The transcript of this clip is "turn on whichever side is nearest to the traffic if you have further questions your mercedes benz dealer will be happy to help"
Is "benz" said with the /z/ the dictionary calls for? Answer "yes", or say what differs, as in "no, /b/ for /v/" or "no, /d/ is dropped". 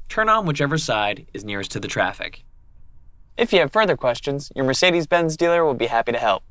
yes